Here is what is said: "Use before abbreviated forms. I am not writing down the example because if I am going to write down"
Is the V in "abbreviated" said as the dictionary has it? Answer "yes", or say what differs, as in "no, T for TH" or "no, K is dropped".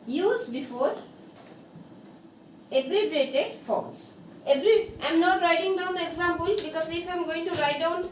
no, B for V